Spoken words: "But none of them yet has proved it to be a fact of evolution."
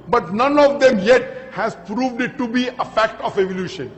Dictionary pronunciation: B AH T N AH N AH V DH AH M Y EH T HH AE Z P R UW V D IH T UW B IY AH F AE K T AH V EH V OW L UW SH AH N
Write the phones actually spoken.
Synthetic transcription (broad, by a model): B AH T N AH N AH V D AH M Y EH T HH AE Z P R UW V D IH T UW B IY AH F AE K T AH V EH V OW L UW SH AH N